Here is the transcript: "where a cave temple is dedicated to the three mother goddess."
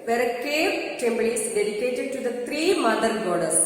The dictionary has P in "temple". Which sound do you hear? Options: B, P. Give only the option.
B